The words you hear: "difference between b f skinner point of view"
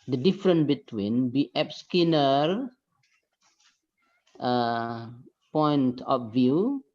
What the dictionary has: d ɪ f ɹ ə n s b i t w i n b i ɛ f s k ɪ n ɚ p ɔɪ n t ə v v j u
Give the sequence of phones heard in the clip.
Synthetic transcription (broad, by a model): d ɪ f ɹ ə n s b i t w i n b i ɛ p s k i n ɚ p ɔɪ n t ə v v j u